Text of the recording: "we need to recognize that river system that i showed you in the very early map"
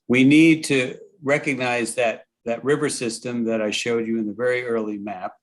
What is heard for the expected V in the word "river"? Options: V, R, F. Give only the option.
V